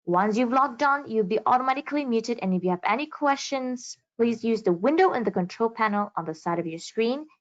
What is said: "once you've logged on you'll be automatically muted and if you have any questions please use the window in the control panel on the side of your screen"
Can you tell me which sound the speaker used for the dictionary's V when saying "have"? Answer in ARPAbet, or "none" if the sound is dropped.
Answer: V